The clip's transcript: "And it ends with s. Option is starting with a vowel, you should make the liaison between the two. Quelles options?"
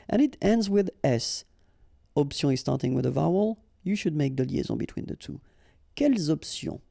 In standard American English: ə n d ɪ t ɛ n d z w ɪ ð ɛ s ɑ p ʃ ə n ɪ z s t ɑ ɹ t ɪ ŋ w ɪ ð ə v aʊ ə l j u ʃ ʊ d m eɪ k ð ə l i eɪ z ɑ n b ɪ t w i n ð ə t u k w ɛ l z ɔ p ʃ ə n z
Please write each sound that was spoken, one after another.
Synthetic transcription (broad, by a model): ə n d ɪ t ɛ n d z w ɪ ð ɛ s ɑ p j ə ɪ z s t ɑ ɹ t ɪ ŋ w ɪ ð ə v aʊ ə l j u ʃ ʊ d m eɪ k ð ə l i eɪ z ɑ b ɪ t w i n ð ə t u k ɛ l z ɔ p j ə